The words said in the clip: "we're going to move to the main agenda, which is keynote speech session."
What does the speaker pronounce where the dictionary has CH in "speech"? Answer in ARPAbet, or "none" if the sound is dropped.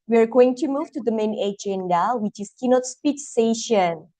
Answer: S